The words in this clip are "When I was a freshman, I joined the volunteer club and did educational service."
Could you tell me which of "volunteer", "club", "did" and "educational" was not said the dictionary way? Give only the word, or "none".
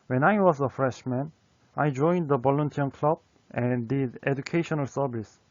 volunteer